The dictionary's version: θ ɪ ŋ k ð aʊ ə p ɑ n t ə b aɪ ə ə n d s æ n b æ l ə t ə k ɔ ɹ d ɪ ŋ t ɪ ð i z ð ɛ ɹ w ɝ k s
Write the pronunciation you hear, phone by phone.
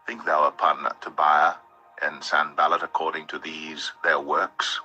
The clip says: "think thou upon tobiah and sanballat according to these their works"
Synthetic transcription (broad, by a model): θ ɪ ŋ k ð aʊ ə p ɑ n t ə b aɪ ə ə n s æ n b æ l ə t ə k ɔ ɹ d ɪ ŋ t ɪ ð i z ð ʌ ɹ w ɝ k s